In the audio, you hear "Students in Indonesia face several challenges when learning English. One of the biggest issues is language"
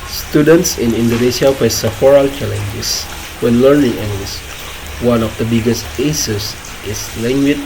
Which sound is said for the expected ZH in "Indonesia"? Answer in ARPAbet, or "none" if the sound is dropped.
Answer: S